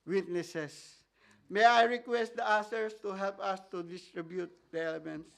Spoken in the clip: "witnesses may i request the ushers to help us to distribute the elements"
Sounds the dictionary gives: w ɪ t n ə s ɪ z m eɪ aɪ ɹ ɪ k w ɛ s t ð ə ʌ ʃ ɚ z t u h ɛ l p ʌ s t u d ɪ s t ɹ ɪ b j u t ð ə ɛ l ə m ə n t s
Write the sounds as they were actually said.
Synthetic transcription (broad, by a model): w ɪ t n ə s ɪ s m eɪ aɪ ɹ ɪ k w ɛ s t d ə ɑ s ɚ s t u h ɛ l p ʌ s t u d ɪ s t ɹ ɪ b j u t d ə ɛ l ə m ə n t s